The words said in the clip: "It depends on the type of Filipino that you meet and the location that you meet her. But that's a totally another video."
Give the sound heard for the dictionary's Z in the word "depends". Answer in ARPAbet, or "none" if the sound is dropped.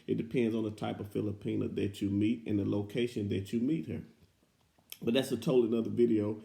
Z